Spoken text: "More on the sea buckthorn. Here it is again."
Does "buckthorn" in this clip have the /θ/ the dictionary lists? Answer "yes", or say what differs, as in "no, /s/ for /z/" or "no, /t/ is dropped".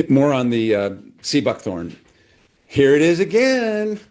yes